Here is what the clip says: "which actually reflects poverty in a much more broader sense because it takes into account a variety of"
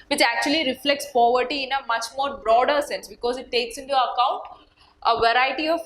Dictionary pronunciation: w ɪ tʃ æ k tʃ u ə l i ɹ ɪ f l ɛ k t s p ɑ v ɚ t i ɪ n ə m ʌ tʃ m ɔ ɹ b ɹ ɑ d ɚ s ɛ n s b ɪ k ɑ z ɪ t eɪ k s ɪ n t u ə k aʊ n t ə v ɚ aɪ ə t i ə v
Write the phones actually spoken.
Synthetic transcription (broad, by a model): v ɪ tʃ æ k tʃ u ə l i ɹ ɪ f l ɛ k t s p ɑ v ɚ t i ɪ n ə m ʌ tʃ m ɔ ɹ b ɹ ɑ d ɚ s ɛ n s b ɪ k ɑ z ɪ t eɪ k s ɪ n t u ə k aʊ n t ə v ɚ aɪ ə t i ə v